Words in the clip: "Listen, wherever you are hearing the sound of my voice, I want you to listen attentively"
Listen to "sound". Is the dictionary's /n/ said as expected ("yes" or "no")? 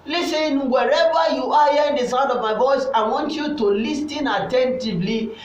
no